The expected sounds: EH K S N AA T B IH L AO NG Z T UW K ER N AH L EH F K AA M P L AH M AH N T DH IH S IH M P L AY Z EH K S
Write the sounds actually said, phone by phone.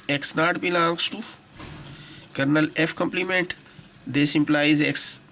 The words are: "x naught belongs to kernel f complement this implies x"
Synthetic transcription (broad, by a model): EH K S N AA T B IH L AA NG S T UW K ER N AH L EH F K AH M P L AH M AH N T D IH S IH M P L AY Z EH K S